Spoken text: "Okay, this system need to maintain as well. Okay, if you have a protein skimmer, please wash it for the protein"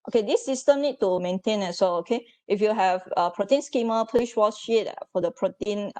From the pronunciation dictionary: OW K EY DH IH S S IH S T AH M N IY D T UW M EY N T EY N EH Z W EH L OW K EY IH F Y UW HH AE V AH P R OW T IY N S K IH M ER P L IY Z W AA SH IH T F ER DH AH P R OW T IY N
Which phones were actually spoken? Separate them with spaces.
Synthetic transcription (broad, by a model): OW K EY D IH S S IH S T AH M N IY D T UW M EY N T EY N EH S W EH L OW K EY IH F Y UW HH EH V AH P R OW T IY N S K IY M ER P N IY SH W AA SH IH T F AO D AH P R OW T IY N